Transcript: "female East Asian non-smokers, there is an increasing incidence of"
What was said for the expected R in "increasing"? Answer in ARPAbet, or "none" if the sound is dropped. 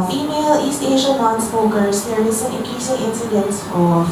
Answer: none